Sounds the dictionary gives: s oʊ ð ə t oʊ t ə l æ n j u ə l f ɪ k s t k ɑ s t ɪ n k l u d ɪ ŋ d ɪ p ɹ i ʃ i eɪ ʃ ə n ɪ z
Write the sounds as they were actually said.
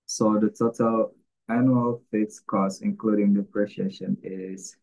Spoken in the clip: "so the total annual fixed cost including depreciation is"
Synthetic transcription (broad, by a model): s oʊ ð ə t oʊ t ə l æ n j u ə l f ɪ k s k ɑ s ɪ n k l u d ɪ ŋ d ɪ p ɹ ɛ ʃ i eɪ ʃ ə n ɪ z